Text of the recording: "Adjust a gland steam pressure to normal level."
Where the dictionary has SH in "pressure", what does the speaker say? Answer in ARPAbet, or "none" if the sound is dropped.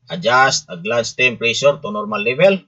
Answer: S